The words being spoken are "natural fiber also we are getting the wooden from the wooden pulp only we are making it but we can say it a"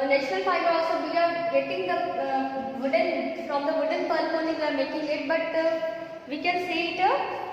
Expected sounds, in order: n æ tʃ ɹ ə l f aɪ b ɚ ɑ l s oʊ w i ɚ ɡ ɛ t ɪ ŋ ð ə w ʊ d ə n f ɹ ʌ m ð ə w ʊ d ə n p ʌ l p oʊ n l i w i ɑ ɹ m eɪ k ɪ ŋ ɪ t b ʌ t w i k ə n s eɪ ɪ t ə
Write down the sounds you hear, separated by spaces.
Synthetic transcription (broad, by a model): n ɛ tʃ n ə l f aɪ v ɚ ɑ l s oʊ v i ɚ ɡ ɛ t ɪ ŋ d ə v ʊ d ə n f ɹ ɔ m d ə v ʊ d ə n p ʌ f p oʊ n i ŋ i ɑ ɹ m eɪ k ɪ ŋ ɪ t b ʌ t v i k ə n s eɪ ɪ t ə